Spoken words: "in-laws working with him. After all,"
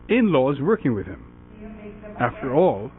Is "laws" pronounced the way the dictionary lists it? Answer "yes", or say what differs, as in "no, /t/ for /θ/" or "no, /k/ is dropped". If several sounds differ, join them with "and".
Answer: yes